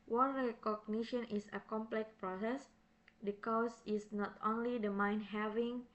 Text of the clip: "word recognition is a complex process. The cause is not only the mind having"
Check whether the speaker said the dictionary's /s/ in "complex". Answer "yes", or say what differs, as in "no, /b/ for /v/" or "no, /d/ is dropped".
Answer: no, /s/ is dropped